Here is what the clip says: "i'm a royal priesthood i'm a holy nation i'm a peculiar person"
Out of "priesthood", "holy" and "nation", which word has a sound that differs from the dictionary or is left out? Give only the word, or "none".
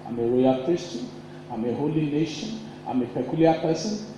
priesthood